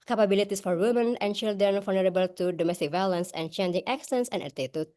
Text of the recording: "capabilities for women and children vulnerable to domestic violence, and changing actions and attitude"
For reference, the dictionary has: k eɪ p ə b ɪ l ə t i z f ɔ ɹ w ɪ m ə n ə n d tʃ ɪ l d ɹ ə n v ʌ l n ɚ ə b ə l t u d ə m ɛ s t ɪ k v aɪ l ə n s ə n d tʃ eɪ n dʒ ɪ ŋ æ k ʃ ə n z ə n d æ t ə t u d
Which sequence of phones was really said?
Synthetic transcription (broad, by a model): k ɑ p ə b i l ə t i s f ɔ ɹ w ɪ m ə n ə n tʃ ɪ l d ɹ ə n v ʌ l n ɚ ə b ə l t u d ə m ɛ s t ɪ k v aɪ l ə n s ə n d tʃ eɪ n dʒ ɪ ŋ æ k s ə n s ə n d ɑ t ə t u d